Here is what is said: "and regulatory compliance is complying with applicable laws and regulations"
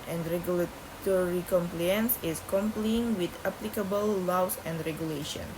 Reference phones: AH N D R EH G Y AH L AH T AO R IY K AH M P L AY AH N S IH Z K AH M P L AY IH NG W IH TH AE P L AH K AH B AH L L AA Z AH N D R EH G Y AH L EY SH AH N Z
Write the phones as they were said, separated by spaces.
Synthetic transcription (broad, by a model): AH N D R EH G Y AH L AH T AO R IY K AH M P L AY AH N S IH S K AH M P L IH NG W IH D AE P L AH K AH B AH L L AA S AH N D R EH G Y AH L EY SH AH N